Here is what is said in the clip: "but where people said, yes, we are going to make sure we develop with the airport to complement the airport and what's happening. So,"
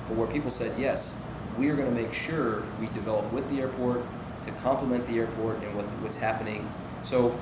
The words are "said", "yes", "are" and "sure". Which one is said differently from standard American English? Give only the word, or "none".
none